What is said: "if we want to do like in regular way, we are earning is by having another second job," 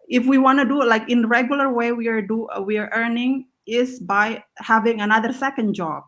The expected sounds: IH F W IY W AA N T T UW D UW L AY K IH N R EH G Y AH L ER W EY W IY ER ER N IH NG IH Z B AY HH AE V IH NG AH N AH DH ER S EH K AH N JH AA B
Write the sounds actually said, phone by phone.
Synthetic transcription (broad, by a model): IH F W IY W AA N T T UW D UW L AY K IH N R EH G Y AH L ER W EY W IY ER ER N IH NG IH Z B AY HH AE V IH NG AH N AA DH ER S EH K AH N JH AA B